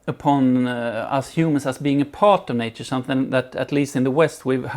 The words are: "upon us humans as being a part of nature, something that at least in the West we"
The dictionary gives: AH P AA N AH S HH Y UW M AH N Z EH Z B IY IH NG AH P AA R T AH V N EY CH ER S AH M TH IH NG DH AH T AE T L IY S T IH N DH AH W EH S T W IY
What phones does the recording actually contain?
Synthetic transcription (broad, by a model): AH P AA N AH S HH Y UW M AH N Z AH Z B IY IH NG AH P AA R T AH V N EY CH ER S AH M TH IH NG DH AH T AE T L IY S T IH N DH AH W EH S T W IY